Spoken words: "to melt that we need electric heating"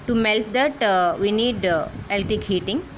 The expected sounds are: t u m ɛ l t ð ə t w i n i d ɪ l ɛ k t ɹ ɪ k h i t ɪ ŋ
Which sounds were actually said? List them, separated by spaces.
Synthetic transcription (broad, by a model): t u m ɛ l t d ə t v i n i d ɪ l t ɪ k h i t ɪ ŋ